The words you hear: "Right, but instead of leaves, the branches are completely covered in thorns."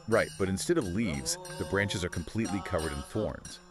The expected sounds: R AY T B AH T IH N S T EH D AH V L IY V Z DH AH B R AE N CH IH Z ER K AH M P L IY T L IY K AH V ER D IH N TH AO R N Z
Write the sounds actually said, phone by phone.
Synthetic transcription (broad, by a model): R AY T B AH T IH N S T EH D AH V L IY V Z DH AH B R AE N CH IH Z ER K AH M P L IY T L IY K AH V ER D IH N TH AO R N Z